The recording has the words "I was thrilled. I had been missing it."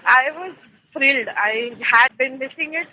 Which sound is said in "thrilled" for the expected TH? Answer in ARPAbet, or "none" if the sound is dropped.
F